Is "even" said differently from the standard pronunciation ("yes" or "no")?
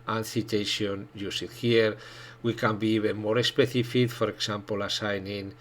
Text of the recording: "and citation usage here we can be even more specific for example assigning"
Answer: yes